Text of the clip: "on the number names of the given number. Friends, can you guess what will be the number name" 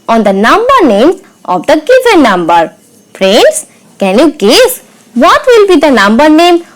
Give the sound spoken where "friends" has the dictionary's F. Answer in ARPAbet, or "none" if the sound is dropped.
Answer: P